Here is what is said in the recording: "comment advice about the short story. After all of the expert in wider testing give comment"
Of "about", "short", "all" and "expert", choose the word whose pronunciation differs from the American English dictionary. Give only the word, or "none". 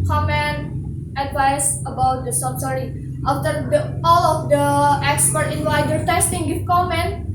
short